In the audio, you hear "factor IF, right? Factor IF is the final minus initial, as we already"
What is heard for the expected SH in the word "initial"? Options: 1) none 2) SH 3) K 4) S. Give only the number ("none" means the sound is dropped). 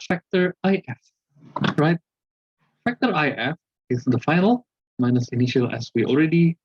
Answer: 2